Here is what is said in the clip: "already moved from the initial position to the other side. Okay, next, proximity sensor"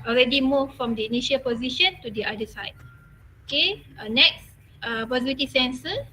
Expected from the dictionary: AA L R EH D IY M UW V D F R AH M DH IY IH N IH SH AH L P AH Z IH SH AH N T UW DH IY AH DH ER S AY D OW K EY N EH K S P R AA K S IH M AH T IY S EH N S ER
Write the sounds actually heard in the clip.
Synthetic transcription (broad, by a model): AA L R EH D IY M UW F R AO M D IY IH N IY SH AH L P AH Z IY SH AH N T UW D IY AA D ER S AY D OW K EY N EH K S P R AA S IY AH T IY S EH N S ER